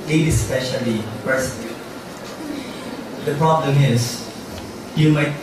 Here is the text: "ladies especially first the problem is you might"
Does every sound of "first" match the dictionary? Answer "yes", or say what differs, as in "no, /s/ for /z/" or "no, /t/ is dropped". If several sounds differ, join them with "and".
no, /p/ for /f/